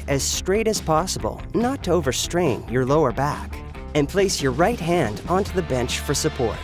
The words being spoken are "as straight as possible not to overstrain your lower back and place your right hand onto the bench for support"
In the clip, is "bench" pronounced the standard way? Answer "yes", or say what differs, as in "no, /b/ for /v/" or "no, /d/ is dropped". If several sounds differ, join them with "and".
yes